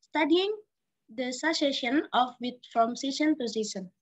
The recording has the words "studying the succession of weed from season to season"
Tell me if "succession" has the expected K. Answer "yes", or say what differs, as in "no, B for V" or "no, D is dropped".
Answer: no, K is dropped